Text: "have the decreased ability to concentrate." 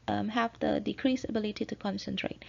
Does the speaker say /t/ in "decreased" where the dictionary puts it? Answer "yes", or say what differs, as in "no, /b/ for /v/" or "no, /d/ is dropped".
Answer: no, /t/ is dropped